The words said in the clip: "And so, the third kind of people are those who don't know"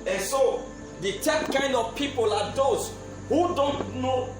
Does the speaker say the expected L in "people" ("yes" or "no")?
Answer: yes